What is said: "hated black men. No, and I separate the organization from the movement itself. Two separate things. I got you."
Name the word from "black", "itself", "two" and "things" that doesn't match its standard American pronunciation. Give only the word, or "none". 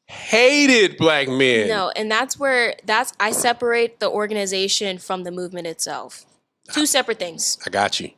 none